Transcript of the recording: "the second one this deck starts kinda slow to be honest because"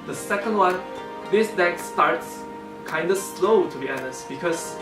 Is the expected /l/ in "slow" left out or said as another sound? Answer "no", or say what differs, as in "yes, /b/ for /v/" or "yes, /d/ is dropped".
no